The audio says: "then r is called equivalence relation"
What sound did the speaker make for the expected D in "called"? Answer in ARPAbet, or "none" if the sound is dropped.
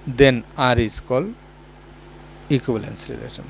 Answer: none